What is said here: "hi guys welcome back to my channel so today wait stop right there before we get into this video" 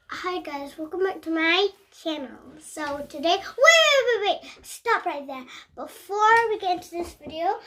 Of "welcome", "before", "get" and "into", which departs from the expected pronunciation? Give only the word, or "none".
none